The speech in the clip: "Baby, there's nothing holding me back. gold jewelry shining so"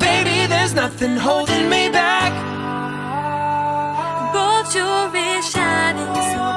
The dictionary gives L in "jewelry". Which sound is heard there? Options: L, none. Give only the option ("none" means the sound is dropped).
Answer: none